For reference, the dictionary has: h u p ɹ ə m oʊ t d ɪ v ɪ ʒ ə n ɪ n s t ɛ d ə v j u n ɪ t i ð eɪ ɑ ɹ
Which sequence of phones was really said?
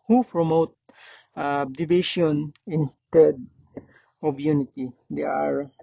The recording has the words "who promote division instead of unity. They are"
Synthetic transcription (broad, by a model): h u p ɹ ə m oʊ t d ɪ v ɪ ʃ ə n ɪ n s t ɛ d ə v j u n ɪ t i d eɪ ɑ ɹ